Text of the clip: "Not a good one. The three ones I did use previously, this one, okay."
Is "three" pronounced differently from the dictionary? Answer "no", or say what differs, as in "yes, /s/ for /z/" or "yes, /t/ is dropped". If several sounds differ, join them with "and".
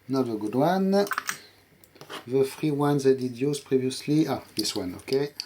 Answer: yes, /f/ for /θ/